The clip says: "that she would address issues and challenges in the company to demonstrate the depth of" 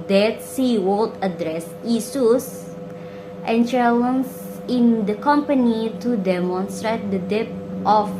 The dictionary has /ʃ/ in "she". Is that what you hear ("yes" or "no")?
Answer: no